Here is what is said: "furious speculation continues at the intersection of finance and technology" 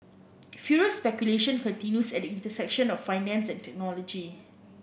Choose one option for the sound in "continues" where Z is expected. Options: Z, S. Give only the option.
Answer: S